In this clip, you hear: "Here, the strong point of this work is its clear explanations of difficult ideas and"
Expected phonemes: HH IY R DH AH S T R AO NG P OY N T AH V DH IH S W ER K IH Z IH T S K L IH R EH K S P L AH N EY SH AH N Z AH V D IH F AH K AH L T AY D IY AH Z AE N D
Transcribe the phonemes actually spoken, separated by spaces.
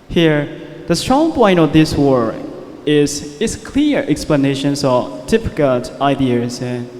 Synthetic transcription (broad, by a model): HH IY R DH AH S T R AO NG P OY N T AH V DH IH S W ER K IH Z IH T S K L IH R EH K S P L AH N EY SH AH N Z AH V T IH P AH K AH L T AY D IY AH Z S